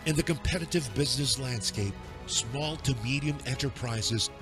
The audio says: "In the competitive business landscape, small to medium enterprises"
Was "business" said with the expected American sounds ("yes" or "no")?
yes